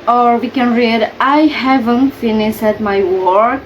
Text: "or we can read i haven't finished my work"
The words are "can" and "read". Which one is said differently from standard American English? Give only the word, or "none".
none